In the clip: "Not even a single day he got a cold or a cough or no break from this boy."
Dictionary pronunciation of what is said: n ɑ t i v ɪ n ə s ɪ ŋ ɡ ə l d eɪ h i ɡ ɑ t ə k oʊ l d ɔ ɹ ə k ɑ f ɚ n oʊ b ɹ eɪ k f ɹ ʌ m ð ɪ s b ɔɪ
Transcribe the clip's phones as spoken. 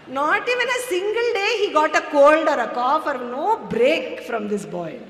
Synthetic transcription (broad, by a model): n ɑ t i v ɪ n ə s ɪ ŋ ɡ ə l d eɪ h i ɡ ɑ t ə k oʊ l d ɔ ɹ ə k ɑ f ɚ n oʊ b ɹ eɪ k f ɹ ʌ m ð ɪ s b ɔɪ